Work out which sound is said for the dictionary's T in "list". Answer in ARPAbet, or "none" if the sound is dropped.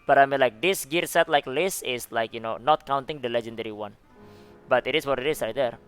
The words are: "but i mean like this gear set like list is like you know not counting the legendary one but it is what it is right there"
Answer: none